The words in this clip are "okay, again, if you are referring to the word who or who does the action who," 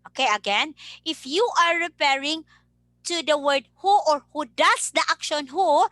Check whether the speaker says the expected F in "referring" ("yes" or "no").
no